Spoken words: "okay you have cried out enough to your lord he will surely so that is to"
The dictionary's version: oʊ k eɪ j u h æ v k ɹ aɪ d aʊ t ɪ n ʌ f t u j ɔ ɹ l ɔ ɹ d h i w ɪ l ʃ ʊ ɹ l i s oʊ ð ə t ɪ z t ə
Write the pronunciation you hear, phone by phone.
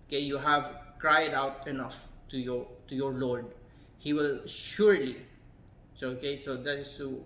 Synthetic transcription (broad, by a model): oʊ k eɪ j u h æ v k ɹ aɪ d aʊ t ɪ n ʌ f t u j ɔ ɹ l ɔ ɹ d h i w ɪ l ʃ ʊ ɹ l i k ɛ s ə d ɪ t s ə